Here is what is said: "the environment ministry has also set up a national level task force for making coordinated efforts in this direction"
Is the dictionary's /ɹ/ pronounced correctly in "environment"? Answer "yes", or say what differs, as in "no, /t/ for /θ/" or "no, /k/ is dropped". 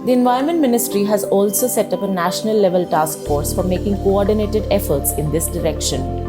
no, /ɹ/ is dropped